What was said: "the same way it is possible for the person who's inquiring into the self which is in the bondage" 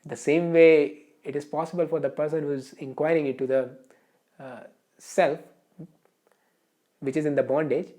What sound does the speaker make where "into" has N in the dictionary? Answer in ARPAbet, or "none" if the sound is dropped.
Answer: none